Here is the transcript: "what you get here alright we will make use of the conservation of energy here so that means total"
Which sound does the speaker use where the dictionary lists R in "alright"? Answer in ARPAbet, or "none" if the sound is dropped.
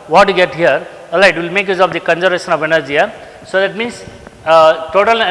none